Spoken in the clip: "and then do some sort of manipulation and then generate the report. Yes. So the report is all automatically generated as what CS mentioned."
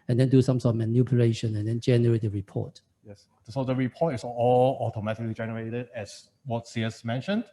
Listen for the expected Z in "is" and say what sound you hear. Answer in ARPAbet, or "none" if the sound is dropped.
S